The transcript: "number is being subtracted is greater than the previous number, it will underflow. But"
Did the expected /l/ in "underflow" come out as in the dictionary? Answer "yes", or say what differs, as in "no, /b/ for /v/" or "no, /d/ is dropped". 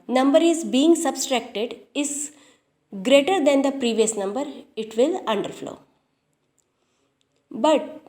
yes